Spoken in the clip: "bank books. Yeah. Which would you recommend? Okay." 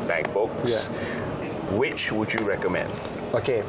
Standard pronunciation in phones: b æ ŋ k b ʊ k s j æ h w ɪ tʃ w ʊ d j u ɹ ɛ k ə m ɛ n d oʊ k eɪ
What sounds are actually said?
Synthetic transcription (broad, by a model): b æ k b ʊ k j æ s w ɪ tʃ w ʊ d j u ɹ ɛ k ə m ɛ n d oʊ k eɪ